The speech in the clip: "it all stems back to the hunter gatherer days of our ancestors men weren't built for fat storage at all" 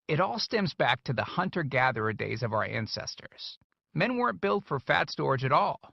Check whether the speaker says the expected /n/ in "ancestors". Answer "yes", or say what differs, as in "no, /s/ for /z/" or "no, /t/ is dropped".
yes